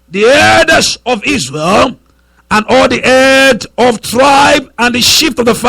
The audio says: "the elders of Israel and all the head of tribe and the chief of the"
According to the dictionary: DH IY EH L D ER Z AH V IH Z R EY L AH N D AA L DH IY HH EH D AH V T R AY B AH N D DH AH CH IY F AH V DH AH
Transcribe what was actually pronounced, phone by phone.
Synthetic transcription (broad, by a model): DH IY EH D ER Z AH V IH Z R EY L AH N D AA L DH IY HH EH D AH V T R AY B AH N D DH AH SH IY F AH V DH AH